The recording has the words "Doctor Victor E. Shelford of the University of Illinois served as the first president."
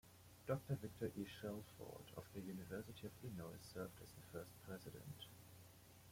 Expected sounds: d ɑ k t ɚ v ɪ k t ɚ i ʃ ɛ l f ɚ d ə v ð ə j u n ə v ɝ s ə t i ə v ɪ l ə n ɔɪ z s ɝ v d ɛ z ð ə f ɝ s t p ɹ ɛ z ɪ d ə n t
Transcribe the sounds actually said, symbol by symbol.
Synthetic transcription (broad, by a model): d ɑ k t ɚ v ɪ k t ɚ i ʃ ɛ l f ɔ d ə v ð ə j u n ə v ɝ s ə t i ə v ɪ n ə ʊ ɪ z s ɝ v d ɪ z ð ə f ɝ s t p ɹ ɛ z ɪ d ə n t